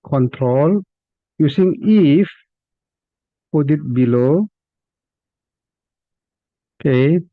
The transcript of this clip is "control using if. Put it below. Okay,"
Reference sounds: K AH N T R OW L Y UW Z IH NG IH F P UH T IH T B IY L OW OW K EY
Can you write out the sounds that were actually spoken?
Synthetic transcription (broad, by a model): K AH N T R OW L Y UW S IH NG IH F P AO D IH T B IY L OW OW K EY